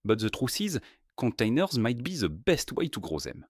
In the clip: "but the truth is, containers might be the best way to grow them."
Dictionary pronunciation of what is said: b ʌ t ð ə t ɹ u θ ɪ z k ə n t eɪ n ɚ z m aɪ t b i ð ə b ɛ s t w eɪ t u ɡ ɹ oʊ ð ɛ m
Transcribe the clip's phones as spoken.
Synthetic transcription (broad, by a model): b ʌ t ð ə t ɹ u s ɪ z k ə n t eɪ n ɚ z m aɪ t b i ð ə b ɛ s t w eɪ t u ɡ ɹ oʊ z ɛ m